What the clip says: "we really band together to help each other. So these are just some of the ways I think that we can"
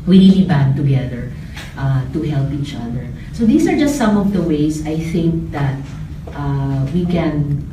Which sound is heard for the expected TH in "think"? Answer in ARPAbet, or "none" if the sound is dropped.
TH